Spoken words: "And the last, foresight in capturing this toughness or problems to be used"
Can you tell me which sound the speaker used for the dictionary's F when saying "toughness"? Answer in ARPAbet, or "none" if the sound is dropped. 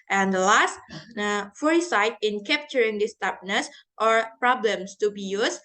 P